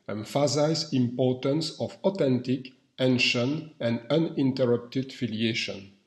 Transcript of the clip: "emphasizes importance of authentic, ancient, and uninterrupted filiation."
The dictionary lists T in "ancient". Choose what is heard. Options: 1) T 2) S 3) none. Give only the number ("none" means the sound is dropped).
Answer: 3